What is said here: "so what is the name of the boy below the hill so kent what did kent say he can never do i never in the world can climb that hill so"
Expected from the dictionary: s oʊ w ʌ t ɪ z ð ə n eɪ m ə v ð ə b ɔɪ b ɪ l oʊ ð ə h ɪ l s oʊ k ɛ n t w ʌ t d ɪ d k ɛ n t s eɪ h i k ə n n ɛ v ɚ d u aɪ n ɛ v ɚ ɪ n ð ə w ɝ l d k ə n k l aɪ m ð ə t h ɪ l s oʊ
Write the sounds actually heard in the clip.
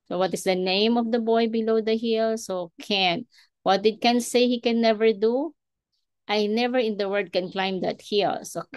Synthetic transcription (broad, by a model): s oʊ w ʌ t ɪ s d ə n eɪ m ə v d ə b ɔɪ b ɪ l oʊ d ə h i l s oʊ k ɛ n w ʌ t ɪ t k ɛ n s eɪ h i k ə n n ɛ v ɚ d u aɪ n ɛ v ɚ ɪ n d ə w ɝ d k ə n k l aɪ m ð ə t h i l s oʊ